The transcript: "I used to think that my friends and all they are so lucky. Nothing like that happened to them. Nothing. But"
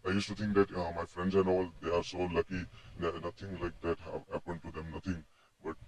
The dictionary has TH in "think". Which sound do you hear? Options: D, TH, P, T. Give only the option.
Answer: T